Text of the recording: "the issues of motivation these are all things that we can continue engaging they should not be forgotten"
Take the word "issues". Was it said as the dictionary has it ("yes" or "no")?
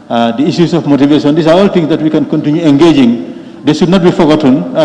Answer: no